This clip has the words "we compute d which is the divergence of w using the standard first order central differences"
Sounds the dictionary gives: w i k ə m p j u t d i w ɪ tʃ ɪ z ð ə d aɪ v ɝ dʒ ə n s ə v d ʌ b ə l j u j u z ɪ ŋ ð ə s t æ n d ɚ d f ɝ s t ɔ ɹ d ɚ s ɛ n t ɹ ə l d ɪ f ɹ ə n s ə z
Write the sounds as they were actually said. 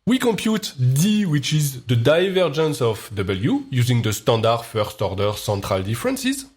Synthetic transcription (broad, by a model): w i k ə m p j u t d i w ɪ tʃ ɪ z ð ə d aɪ v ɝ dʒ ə n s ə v d ʌ b ə l j u j u z ɪ ŋ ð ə s t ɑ n d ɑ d f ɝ s t ɔ ɹ d ɚ s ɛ n t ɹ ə l d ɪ f ɹ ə n s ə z